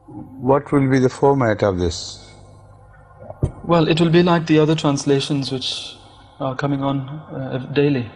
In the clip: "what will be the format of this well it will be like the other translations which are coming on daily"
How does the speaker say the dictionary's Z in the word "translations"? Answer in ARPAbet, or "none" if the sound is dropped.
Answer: Z